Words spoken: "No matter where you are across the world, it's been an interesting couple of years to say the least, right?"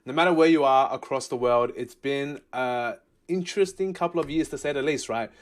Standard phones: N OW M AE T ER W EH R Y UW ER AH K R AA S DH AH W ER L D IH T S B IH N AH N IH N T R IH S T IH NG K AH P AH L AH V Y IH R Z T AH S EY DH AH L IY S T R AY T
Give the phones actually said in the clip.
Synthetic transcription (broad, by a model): N OW M AE T ER W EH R Y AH ER AH K R AA S DH AH W ER L D IH T S B IH N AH IH N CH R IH S T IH NG K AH P L AH V Y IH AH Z T AH S EY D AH L IY S T R AY T